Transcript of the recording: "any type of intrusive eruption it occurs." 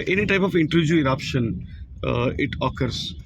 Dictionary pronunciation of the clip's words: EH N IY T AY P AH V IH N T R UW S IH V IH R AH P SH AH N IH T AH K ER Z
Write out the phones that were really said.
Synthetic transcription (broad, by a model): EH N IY T AY P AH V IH N T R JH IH IH R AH P SH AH N IH T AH K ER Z